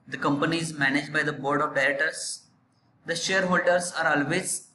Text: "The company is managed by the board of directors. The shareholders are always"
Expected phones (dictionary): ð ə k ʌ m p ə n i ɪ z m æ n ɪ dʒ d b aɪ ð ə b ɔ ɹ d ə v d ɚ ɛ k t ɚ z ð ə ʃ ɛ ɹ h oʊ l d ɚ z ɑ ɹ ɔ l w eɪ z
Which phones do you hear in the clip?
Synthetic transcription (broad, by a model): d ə k ʌ m p ə n i ɪ z m æ n ɪ dʒ d b aɪ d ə b ɔ ɹ d ə v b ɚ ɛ t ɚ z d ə ʃ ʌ ɹ h oʊ l d ɚ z ɑ ɹ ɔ l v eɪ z